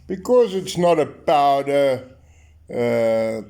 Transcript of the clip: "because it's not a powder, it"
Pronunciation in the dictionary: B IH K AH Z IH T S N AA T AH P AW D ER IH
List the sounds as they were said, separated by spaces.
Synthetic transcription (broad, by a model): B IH K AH Z IH T S N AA T AH B AW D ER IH